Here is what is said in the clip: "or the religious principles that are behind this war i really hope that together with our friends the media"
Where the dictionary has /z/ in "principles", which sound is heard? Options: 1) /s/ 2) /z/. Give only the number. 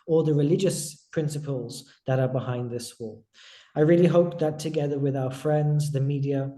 2